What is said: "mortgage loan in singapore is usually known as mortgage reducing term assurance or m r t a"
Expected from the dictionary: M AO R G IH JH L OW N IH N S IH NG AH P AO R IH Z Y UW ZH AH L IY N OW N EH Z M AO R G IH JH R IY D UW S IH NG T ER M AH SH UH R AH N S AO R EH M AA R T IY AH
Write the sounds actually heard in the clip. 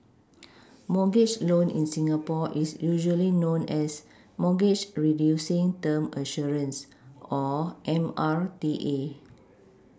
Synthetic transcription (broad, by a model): M AO G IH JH L OW N IH N S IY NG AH P AO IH S Y UW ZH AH L IY N OW N EH S M AO G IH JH R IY D UW S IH NG T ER M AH SH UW R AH N S AO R EH M AA R T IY AH